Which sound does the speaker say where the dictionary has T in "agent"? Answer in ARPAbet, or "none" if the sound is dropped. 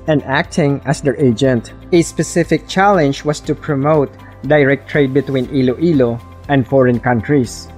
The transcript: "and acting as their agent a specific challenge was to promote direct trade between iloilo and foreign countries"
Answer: T